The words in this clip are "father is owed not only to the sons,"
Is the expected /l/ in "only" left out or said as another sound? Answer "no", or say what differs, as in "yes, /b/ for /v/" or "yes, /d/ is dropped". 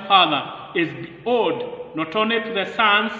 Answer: yes, /l/ is dropped